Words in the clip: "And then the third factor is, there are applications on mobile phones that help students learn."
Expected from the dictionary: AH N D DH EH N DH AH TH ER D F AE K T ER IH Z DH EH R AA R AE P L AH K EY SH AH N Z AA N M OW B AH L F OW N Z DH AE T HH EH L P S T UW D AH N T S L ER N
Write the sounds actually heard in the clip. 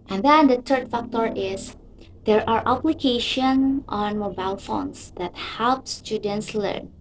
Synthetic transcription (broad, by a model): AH N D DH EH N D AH T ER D F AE K T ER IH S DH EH R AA R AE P L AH K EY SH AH N AA N M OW B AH L F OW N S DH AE T HH EH L P S T UW D AH N T S L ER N